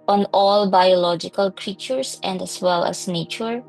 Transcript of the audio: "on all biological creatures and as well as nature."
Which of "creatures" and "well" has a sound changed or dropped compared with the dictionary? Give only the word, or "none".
creatures